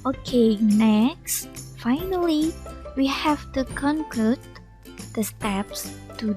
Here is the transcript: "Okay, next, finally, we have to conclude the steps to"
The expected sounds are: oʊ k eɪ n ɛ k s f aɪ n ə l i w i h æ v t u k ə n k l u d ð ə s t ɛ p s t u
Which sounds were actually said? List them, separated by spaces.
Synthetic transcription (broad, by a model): oʊ k eɪ n ɛ k s f aɪ n ə l i w i h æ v t u k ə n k ʌ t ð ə s t ɛ p s t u